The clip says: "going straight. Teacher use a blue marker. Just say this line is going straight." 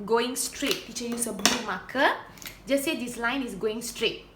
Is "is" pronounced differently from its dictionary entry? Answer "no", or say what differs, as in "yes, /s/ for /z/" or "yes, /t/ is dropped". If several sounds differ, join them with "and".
yes, /s/ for /z/